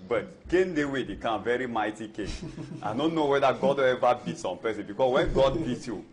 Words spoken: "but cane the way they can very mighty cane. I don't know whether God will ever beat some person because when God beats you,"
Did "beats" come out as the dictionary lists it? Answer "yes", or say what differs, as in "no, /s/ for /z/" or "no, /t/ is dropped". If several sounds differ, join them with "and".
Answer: no, /s/ is dropped